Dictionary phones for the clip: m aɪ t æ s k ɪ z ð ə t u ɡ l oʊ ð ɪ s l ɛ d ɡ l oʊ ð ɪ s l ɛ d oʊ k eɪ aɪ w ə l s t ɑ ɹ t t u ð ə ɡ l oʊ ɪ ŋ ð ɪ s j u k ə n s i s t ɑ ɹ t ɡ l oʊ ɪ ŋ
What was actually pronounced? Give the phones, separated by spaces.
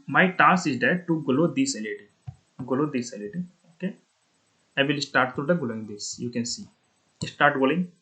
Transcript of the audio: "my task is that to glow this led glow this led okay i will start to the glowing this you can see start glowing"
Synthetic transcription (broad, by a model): m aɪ t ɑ s ɪ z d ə t u ɡ l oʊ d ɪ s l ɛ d ɡ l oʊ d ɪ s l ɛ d oʊ k eɪ aɪ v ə l s t ɑ ɹ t t u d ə ɡ l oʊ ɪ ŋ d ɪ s j u k ə n s i s t ɑ ɹ t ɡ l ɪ ŋ